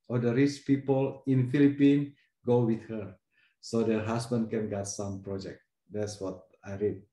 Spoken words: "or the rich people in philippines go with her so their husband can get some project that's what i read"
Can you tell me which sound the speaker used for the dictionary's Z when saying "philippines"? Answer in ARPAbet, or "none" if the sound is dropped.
none